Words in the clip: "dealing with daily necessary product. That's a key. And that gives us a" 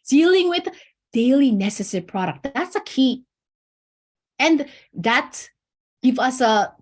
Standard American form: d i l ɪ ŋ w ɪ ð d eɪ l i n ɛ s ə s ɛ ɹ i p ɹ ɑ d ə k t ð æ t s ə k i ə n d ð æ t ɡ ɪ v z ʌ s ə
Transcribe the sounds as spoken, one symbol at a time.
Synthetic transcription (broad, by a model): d i l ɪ ŋ w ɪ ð d eɪ l i n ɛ s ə s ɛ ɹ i p ɹ ɑ d ə k t ð æ t s ə k i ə n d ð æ t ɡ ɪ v ʌ s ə